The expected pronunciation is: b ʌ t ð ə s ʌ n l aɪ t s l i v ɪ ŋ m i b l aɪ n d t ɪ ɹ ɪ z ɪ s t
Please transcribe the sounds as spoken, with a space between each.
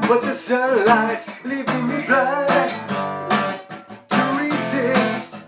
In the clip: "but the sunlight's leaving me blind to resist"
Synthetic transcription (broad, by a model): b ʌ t ð ə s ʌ l aɪ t l i v ɪ ŋ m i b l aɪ d t ɪ ɹ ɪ z ɪ s t